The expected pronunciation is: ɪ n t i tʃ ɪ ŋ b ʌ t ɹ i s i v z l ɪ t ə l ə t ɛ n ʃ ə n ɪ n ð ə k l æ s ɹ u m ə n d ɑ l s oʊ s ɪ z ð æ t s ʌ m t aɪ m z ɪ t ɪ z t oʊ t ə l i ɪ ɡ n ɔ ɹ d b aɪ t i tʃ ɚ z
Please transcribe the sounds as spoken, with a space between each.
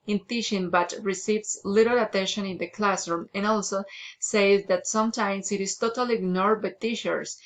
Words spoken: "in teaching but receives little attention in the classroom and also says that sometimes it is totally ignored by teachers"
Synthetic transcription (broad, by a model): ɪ n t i ʃ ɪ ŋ b ʌ t ɹ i s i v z l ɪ t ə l ə t ɛ n ʃ ə n ɪ n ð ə k l æ s ɹ u m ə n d ɑ l s oʊ s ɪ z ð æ t s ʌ m t aɪ m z ɪ t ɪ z t oʊ t ə l i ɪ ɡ n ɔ ɹ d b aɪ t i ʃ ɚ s